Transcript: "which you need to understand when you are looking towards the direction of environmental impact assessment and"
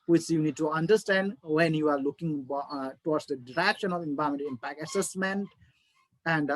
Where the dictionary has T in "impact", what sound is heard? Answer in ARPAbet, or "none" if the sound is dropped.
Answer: none